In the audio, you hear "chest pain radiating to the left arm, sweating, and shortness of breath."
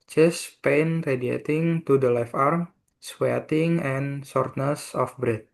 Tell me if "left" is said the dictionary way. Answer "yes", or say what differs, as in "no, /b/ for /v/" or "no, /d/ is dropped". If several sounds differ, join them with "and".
no, /t/ is dropped